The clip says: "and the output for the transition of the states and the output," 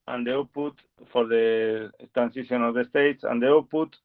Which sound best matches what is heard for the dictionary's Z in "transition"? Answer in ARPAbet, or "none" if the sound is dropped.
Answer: S